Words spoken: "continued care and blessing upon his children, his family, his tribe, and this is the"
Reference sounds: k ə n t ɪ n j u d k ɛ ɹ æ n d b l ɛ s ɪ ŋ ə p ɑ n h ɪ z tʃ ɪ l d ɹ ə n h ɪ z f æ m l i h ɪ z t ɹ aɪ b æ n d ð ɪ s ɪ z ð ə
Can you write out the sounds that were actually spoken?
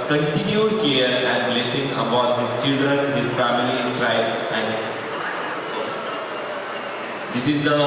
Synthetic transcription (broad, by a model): k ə n t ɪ n j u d k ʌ ɹ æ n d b l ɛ s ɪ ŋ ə b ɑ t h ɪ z tʃ ɪ l d ɹ ə n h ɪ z f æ m i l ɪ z t ɹ aɪ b æ n d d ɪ s ɪ z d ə